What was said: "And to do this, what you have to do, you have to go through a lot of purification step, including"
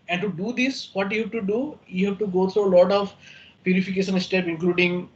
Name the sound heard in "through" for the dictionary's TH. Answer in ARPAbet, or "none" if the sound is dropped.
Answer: T